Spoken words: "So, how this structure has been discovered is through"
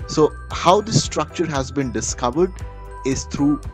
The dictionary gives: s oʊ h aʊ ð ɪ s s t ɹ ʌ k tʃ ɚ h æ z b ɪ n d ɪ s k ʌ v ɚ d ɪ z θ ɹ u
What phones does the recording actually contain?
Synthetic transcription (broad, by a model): s oʊ h aʊ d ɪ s s t ɹ ʌ k tʃ ɚ h æ z b ɪ n d ɪ s k ʌ v ɚ d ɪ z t ɹ u